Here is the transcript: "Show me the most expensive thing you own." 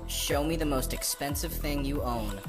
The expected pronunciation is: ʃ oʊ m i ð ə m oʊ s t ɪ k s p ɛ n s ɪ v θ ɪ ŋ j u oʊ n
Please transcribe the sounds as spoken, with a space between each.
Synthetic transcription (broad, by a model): ʃ oʊ m i ð ə m oʊ s t ɪ k s p ɛ n s ɪ v θ ɪ ŋ j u oʊ n